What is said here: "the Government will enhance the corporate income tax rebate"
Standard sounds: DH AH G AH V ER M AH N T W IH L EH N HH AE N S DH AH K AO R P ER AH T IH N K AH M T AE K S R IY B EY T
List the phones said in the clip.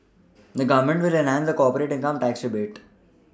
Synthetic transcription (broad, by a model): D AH G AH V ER M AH N T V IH L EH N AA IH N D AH K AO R P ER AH T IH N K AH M T AE K S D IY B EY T